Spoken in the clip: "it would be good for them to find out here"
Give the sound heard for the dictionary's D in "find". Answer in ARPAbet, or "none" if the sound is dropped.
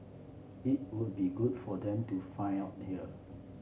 none